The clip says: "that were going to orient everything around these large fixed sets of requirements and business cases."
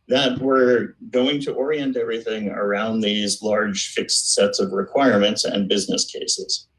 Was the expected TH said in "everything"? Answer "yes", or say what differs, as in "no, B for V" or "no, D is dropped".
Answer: yes